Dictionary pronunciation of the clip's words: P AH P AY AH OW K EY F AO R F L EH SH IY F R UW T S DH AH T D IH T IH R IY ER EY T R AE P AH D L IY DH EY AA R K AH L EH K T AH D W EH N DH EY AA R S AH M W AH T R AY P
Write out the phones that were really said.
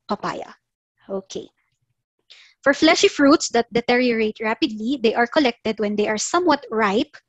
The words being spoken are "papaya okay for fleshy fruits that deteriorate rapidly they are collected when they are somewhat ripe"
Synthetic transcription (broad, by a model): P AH P AY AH OW K EY F AO R F L EH SH IY F R UW T S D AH T D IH T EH R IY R EY T R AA P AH D L IY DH EY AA R K AH L EH K T AH D W EH N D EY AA R S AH M W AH T R AY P